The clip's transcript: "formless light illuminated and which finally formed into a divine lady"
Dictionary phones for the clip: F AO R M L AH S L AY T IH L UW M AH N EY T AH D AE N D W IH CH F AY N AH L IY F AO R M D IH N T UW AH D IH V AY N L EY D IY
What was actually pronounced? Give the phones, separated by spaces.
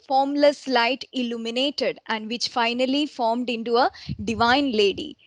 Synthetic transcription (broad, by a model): F AO R M L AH S L AY T IH L UW M AH N EY T AH D AE N D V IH CH F AY N AH L IY F AO R M D IH N T UW AH D IH V AY N L EY D IY